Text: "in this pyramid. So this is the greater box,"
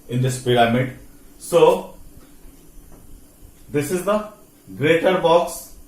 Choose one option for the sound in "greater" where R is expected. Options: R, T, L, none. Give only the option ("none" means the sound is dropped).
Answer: R